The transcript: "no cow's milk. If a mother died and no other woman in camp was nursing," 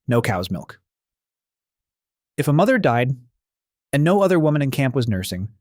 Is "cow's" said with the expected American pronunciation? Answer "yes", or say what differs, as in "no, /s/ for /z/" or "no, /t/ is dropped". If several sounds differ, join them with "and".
yes